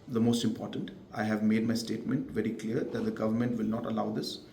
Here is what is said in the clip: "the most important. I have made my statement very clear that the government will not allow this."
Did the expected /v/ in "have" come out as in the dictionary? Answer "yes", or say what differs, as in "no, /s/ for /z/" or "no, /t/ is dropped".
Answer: yes